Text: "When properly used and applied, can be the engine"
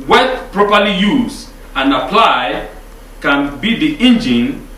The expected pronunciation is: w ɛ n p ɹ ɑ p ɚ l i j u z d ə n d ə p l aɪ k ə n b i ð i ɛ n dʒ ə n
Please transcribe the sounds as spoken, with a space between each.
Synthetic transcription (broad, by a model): w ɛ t p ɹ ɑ p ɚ l i j u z ə n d ə p l aɪ k ə n b i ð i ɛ n dʒ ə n